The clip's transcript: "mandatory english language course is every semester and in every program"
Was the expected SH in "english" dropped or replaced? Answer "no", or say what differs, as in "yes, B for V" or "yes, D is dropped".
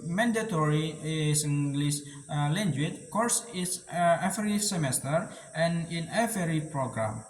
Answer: yes, S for SH